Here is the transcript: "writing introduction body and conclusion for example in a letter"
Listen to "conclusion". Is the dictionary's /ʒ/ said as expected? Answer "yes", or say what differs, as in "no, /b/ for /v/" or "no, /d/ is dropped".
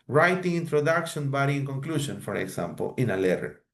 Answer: no, /s/ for /ʒ/